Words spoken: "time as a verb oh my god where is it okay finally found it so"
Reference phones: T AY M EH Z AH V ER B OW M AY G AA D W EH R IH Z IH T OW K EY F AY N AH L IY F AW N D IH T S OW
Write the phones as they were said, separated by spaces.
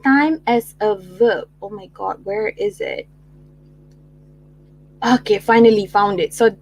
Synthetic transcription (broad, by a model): T AY M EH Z AH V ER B OW M AY G AA D W EH R IH Z IH T OW K EY F AY N AH L IY F AW N D IH T S OW